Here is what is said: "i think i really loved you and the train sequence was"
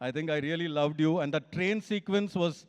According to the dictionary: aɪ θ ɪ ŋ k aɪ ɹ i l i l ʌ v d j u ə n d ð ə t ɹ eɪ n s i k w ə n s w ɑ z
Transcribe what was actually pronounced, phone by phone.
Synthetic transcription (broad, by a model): aɪ t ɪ ŋ k aɪ ɹ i l i l ʌ v d j u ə n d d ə t ɹ eɪ n s i k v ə n s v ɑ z